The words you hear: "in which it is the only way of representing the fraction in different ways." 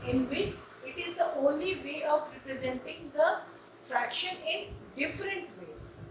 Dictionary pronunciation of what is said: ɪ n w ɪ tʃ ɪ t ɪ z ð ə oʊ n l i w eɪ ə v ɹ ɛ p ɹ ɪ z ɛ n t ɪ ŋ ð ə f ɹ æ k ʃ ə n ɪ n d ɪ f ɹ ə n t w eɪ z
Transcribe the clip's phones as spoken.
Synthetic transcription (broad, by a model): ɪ n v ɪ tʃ ɪ t ɪ z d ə oʊ n l i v eɪ ə v ɹ ɛ p ɹ ɪ z ɛ n t ɪ ŋ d ə f ɹ æ k ʃ ə n ɪ n d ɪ f ɹ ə n t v eɪ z